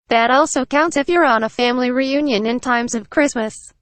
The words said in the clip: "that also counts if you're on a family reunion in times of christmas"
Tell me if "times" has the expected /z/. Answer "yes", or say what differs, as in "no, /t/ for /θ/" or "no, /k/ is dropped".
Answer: yes